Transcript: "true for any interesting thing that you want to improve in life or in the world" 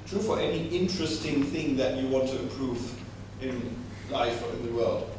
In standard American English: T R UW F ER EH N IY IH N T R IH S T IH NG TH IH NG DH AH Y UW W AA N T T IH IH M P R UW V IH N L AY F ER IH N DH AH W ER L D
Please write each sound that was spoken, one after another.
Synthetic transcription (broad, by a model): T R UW F ER EH N IY IH N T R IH S T IH NG TH IH NG DH AH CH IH W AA N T T IH IH M P R UW V IH N L AY F ER IH N DH AH W ER L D